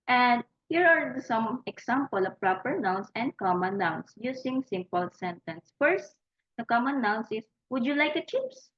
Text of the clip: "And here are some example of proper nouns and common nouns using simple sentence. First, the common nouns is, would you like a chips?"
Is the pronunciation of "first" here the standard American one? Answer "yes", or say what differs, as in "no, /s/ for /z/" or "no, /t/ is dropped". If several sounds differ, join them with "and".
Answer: yes